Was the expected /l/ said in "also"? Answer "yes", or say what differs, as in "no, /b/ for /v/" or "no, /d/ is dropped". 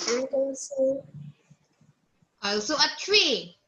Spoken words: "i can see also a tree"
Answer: no, /l/ is dropped